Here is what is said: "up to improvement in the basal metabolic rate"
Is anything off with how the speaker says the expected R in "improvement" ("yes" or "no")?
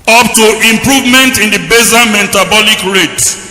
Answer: no